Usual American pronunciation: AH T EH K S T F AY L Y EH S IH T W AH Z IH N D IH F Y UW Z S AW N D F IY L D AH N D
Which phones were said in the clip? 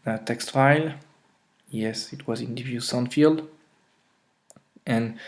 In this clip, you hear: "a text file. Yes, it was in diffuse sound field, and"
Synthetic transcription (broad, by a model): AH T EH K S T F AY L Y EH S IH T W AH Z IH N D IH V Y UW S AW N F IY L D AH N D